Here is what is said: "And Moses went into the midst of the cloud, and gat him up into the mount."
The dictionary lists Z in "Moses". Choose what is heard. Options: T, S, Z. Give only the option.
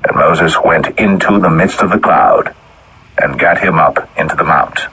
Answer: Z